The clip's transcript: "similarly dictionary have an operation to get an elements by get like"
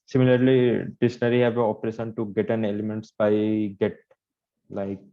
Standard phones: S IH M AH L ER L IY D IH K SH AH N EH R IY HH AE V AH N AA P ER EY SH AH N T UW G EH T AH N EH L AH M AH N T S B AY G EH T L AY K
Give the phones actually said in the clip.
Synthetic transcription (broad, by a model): S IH M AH L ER L IY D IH SH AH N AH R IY HH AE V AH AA P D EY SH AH N T UW G EH T AH N EH L AH M AH N T S B AY G EH T L AY K